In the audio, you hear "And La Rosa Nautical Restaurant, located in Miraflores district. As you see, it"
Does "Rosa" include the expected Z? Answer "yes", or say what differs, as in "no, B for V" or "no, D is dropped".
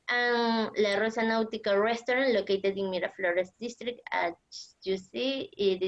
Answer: no, S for Z